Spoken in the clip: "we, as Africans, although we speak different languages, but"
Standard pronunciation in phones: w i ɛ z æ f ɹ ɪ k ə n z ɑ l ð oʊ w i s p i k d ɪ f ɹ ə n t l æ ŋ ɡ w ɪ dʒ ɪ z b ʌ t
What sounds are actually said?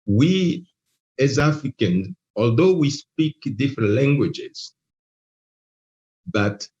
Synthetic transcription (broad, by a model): w i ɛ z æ f ɹ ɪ k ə n ɑ l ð oʊ w i s p i k d ɪ f ɹ ə n t l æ ŋ ɡ w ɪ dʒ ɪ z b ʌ t